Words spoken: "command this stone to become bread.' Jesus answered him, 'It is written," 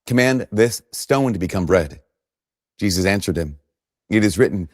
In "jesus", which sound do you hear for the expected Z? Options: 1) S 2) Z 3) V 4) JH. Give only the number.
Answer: 2